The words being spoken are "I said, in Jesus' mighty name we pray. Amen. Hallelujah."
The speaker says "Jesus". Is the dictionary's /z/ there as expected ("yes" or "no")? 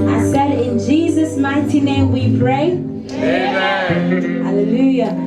yes